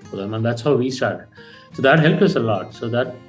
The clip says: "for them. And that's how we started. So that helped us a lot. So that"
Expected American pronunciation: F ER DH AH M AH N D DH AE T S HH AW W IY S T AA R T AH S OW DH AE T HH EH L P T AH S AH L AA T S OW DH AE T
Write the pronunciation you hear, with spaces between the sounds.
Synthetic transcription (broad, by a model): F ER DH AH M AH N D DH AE T S HH AW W IY S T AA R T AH S OW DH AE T HH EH L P AH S AH L AA T S OW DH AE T